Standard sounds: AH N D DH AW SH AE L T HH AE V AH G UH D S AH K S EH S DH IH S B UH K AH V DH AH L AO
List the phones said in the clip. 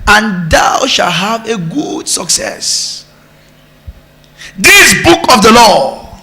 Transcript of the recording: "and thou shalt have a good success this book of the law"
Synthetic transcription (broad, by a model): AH N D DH AW SH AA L HH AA V AH G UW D S AH K S EH S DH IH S B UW K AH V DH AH L AO